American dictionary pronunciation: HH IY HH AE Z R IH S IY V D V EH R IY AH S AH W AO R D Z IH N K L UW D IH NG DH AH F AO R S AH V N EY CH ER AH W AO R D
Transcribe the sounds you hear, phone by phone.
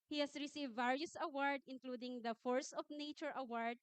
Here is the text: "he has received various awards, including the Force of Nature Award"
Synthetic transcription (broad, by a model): HH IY HH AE S R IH S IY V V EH R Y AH S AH W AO R D IH N K L UW D IH NG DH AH F AO R S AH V N EY CH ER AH W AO R D